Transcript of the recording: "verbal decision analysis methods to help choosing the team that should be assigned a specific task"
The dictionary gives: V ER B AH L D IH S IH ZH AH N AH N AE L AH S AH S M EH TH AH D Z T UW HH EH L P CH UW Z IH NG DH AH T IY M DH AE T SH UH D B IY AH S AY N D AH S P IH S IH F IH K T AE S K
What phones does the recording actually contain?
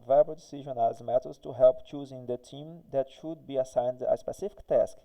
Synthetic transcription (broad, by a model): V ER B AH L D IH S IH ZH AH N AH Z M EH T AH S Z T UW HH EH L P CH UW Z IH NG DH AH T IY M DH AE T SH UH D B IY AH S AY N D AH S P IH S IH F IH K T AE S K